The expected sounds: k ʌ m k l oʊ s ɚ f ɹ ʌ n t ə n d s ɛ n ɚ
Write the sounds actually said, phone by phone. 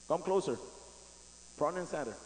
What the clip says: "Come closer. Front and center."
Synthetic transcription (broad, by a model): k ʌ m k l oʊ s ɚ p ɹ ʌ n ə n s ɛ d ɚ